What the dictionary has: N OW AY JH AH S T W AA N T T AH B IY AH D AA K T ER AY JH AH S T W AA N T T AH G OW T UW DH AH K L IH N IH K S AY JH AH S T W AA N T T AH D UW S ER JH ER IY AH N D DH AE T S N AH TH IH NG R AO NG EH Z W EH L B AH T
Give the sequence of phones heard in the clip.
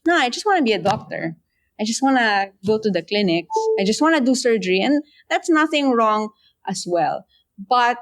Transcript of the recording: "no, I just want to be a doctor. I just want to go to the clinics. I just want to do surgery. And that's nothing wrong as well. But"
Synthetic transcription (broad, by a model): N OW AY JH AH S T W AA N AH B IY AH D AA K T ER AY JH AH S T W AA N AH G OW T UW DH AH K L IH N IH K S AY JH AH S T W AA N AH D UW S ER JH ER IY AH N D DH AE T S N AH TH IH NG R AO NG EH S W EH L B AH T